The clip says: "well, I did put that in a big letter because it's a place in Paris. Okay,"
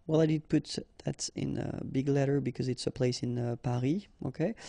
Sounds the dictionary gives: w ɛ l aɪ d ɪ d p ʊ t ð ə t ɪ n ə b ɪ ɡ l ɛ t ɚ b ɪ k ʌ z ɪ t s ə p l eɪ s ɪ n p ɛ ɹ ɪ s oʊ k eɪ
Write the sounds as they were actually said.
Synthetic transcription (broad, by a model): w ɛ l aɪ d ɪ d p ʊ t ð ə t ɪ n ə b ɪ ɡ l ɛ t ɚ b ɪ k ʌ z ɪ t s ə p l eɪ s ɪ n p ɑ ɹ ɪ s oʊ k eɪ